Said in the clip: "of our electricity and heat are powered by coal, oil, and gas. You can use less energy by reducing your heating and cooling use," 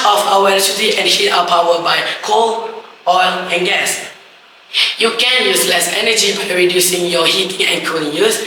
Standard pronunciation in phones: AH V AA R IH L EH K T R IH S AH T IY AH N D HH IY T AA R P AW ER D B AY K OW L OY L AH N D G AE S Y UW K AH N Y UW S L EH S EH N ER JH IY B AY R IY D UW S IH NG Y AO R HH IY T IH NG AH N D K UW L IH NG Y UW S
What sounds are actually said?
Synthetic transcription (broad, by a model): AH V AA W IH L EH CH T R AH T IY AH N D HH IY T AA W P AW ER B AY K OW L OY L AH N G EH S Y UW K AH N Y UW S L EH S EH N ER JH IY B AY R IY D UW S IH NG Y AO HH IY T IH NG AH N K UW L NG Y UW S